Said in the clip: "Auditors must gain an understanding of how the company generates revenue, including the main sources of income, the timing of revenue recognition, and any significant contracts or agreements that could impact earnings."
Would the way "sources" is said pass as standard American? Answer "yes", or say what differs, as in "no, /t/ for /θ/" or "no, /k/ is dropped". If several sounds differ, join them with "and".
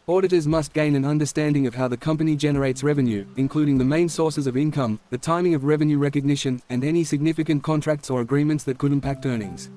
yes